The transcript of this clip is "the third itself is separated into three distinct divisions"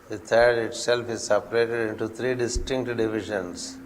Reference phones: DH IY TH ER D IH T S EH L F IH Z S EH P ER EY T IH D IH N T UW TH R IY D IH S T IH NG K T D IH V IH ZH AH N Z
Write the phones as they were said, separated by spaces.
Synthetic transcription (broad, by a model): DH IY T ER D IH T S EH L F IH Z S EH P ER EY T IH D IH N T UW T R IY D IH S T IH NG K T D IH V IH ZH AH N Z